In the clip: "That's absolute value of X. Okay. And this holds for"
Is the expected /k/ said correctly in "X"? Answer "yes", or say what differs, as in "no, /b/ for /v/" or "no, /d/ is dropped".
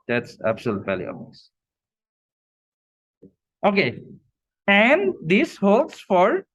no, /k/ is dropped